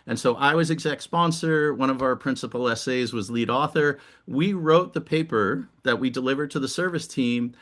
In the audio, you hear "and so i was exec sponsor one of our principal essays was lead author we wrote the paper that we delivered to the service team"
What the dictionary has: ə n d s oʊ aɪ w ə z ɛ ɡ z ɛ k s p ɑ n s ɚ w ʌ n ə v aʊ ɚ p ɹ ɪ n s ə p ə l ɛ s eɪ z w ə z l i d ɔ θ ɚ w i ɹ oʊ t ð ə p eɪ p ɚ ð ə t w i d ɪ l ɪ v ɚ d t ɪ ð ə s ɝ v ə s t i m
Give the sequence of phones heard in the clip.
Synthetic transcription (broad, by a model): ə n s oʊ aɪ w ə z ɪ ɡ z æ k s p ɑ n s ɚ w ʌ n ə v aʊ ɚ p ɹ ɪ n s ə p l ɛ s eɪ z w ə z l i d ɔ θ ɚ w i ɹ oʊ t ð ə p eɪ p ɚ ð ə t w i d ɪ l ɪ v ɚ d t ɪ ð ə s ɝ v ə s t i m